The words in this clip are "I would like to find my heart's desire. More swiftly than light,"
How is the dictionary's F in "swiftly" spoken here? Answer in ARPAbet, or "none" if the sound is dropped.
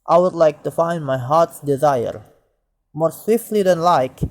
F